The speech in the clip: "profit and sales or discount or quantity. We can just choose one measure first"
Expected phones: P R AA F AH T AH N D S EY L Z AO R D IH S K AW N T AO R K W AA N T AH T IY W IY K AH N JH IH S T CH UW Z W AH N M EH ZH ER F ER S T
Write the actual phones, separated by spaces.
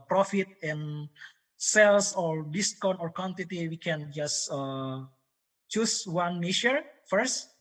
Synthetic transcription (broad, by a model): P R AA F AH T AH N S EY L S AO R D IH S K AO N AO R K W AA N T AH T IY W IY K AH N JH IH S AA CH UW S W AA N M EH SH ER F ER S T